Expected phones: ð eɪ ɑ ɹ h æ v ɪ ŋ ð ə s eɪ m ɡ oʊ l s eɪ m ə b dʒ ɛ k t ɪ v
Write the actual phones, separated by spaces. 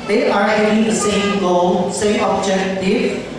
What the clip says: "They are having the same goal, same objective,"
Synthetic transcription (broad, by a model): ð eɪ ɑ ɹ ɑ ɪ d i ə s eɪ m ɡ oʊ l s eɪ m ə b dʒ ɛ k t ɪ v